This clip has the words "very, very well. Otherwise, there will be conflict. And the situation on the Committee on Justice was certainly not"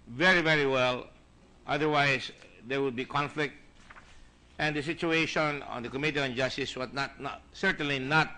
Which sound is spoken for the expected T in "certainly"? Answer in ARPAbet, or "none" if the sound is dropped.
T